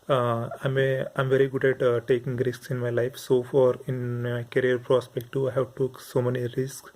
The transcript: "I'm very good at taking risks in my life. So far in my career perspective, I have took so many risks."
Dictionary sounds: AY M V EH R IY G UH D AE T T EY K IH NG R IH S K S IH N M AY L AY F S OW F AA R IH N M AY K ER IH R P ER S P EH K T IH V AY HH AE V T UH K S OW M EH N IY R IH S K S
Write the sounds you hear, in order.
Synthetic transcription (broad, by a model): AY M V EH R IY G UH D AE T T EY K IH NG R IH S K S IH N M AY L AY F S OW F AA R IH N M AY K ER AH R P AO S P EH K T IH AY HH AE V T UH K S OW M EH N IY R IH S K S